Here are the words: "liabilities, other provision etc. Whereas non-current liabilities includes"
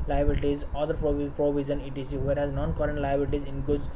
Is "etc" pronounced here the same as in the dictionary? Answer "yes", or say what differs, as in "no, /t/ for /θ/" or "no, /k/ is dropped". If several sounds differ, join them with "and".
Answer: no, /s/ is dropped